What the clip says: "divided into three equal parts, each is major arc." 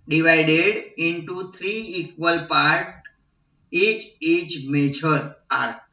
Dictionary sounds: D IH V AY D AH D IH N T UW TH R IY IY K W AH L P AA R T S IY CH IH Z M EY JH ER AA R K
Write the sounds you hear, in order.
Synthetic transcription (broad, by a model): D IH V AY D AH D IH N T UW T R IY IY K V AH L P AA R T IY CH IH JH M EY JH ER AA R